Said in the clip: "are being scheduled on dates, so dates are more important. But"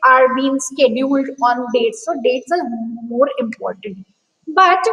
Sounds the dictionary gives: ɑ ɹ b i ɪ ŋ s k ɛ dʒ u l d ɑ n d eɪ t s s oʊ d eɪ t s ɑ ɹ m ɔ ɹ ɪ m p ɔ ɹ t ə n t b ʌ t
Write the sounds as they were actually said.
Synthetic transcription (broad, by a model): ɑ ɹ b i ɪ ŋ s k ɛ dʒ u l d ɑ n d eɪ t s s oʊ d eɪ t s ɑ ɹ m ɔ ɹ ɪ m p ɔ ɹ t ə n t b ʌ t